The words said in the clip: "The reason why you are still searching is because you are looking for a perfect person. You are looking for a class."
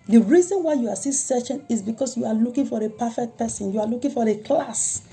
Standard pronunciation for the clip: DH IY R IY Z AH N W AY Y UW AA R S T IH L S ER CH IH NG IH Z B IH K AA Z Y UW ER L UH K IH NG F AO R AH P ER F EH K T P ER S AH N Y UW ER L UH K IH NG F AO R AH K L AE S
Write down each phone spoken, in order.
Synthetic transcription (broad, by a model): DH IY R IY Z AH N W AY Y UW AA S S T S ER SH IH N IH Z B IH K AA S Y UW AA L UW K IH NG F AO R AH P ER F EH K T P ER S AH N Y UW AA L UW K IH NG F AO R AH K L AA S